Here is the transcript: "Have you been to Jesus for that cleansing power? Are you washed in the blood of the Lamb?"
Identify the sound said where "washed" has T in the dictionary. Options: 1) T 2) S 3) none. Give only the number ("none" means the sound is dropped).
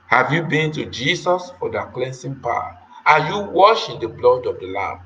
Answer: 3